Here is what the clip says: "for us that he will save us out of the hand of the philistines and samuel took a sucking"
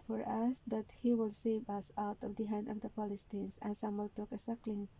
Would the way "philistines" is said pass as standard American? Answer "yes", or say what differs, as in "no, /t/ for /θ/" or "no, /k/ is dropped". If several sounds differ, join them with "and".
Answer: no, /p/ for /f/ and /s/ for /z/